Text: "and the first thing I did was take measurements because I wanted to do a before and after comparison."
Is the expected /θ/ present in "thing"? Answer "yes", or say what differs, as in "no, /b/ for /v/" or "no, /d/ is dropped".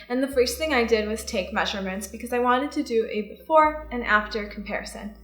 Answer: yes